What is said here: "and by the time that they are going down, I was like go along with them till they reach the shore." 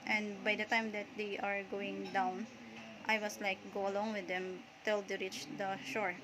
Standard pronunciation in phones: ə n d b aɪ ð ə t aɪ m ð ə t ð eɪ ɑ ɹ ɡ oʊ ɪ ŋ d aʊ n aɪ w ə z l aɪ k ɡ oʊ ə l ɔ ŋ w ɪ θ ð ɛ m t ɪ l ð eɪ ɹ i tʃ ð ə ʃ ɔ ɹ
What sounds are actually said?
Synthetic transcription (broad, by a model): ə n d b aɪ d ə t aɪ m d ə t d eɪ ɑ ɹ ɡ oʊ ɪ ŋ d aʊ n aɪ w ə s l aɪ k ɡ oʊ ə l ɔ ŋ w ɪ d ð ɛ m t ɪ l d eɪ ɹ i tʃ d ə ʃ ɔ ɹ